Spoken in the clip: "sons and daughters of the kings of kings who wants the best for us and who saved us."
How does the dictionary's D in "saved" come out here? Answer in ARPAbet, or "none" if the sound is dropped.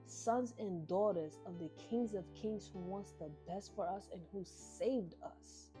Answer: D